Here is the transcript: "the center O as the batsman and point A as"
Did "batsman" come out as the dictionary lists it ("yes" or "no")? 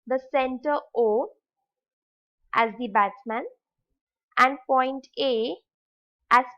no